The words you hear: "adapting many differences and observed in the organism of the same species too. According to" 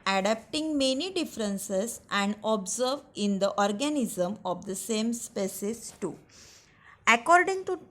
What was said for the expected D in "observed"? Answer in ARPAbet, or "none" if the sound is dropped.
none